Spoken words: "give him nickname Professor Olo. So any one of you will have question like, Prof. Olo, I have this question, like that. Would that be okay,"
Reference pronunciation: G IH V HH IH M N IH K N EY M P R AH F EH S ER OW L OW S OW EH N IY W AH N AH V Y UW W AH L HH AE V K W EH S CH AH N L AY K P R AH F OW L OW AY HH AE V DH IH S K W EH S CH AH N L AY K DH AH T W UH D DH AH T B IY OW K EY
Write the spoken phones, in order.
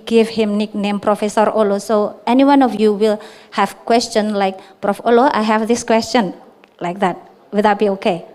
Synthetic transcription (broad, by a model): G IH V HH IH M N IH K N EY M P R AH F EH S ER OW L OW S OW EH N IY W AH N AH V Y UW W AH L HH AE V K W EH S CH AH N L AY K P R AH F OW L OW AY HH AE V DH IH S K W EH S CH AH N L AY K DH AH T W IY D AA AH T B IY OW K EY